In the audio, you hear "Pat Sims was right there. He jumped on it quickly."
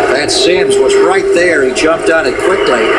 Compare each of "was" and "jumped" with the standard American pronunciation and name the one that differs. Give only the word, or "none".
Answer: none